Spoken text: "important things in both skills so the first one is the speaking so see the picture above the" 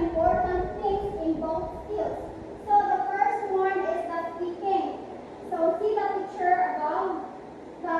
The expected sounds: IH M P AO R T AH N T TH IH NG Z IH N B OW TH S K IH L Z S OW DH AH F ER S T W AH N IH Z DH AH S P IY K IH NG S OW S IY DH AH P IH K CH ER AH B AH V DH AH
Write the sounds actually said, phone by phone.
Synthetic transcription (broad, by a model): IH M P AO R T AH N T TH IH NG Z IH N B OW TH S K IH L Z S OW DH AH F ER S T W AH N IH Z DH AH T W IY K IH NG S OW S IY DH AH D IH CH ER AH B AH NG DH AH